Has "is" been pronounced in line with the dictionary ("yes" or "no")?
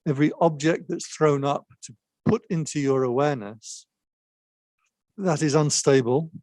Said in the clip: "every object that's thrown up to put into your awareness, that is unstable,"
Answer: yes